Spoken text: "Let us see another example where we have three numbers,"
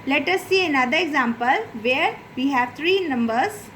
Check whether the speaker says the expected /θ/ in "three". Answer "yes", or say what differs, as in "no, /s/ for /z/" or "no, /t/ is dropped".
no, /t/ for /θ/